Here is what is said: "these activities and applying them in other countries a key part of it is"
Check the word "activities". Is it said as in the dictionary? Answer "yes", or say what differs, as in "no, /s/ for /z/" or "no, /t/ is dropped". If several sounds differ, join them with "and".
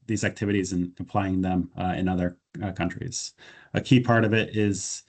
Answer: yes